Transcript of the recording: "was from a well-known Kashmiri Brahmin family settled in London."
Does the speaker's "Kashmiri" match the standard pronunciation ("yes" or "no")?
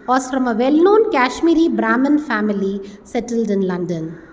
yes